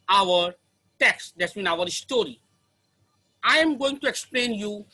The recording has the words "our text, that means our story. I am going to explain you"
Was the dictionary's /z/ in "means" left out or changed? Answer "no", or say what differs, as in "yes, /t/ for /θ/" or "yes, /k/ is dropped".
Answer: yes, /z/ is dropped